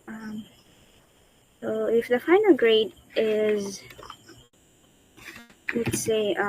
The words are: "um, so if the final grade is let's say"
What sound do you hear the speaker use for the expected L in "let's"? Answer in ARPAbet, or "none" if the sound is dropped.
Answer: W